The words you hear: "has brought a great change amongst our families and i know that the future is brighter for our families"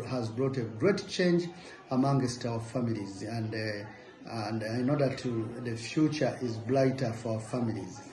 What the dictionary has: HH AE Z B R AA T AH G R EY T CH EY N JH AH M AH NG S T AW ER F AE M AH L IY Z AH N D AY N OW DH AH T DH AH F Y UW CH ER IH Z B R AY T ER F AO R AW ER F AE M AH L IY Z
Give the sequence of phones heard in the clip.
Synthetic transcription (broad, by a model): HH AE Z B R AA T AH G R EY T CH EY N JH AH M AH NG S T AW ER F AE M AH L IY Z AH N D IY N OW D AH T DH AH F Y UW CH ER IH Z B L AY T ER F AO R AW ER F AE M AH L IY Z